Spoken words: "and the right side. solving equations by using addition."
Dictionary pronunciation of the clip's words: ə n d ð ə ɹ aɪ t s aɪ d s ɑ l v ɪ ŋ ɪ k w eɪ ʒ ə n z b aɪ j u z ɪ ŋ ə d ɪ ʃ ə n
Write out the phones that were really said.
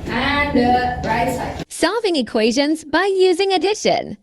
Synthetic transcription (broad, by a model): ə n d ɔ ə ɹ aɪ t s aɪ s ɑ v ɪ ŋ ɪ k w eɪ ʒ ə n z b aɪ j u z ɪ ŋ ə d ɪ ʃ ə n